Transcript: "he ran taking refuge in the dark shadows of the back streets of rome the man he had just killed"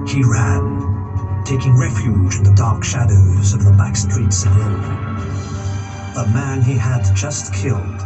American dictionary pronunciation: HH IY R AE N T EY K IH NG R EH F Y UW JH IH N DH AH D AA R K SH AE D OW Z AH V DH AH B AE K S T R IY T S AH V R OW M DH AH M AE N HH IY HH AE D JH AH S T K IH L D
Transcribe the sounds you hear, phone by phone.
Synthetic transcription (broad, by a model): HH IY R AE N T EY K IH NG R EH F Y UW JH IH N DH AH D AA R K SH AE D OW Z AH V DH AH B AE K S T R IY T S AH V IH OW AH M AE N IY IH D JH AH S T K IH L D